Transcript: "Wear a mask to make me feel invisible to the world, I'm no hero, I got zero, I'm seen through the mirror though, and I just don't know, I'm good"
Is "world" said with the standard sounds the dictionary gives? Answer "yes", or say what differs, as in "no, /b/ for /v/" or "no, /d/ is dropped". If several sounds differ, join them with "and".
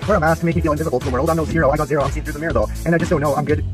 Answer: yes